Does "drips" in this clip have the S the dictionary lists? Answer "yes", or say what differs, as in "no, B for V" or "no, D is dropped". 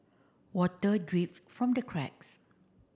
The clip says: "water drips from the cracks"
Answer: no, S is dropped